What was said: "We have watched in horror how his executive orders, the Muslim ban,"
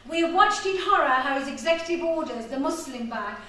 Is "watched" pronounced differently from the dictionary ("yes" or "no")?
no